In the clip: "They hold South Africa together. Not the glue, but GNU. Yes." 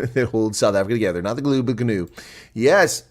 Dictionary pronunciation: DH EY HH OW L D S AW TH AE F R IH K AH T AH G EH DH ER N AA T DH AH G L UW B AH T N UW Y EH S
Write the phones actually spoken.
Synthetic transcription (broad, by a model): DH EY HH OW L D S AW TH AE F R IH K AH T AH G EH DH ER N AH T DH AH G L UW B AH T N UW Y EH S